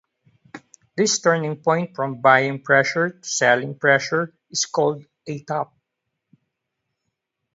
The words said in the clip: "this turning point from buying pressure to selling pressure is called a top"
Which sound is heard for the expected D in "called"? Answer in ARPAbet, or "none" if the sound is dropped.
D